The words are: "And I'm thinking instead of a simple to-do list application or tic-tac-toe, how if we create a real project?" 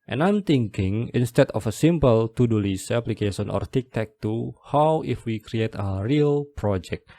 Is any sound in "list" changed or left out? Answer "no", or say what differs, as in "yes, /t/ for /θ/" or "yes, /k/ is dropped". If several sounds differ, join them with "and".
yes, /t/ is dropped